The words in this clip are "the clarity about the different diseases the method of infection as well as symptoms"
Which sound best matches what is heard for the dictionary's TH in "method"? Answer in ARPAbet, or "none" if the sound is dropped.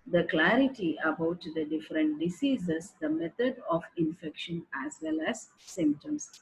T